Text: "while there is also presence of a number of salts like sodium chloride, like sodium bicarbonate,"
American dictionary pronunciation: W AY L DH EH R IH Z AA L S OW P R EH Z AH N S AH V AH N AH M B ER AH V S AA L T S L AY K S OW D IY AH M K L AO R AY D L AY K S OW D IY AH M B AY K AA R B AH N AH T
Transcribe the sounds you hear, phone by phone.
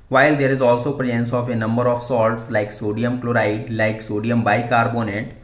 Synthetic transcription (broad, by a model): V AY L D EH R IH Z AA L S OW P R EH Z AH N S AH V AH N AH M B ER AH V S AA L T S L AY K S OW D IY AH M K L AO R AY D L AY K S OW D IY AH M B AY K AA R B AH N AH T